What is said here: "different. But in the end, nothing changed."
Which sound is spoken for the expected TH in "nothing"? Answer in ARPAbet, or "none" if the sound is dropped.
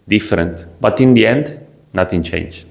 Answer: T